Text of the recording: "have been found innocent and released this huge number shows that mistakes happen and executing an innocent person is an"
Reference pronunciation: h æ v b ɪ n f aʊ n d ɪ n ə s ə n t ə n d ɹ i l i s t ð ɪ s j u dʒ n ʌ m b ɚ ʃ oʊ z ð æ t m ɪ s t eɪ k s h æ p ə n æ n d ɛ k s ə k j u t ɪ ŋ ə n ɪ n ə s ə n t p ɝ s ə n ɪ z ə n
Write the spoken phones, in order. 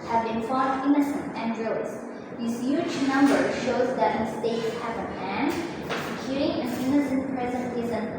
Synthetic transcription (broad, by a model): h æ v b ɪ n f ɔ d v ɪ n ə s ə n t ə n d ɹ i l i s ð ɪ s j u dʒ n ʌ m b ɚ ʃ oʊ z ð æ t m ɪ s t eɪ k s h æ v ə æ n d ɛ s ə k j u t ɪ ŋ ə n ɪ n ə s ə n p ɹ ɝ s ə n ɪ z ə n